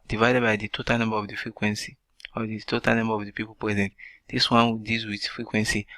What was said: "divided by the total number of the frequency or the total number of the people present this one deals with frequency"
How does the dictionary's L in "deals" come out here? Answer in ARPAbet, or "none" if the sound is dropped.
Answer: none